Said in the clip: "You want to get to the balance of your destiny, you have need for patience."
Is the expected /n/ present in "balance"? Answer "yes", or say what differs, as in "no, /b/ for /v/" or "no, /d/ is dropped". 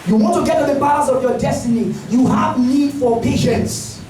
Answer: no, /n/ is dropped